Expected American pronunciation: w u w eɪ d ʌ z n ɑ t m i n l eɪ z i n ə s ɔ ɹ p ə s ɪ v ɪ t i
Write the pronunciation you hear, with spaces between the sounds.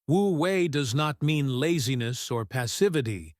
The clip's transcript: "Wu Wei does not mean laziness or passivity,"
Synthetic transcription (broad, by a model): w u w eɪ d ʌ z n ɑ t m i n l eɪ z i n ə s ɔ ɹ p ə s ɪ v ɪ t i